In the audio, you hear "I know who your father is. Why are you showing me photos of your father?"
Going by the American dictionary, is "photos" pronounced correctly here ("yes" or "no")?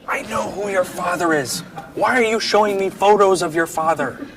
yes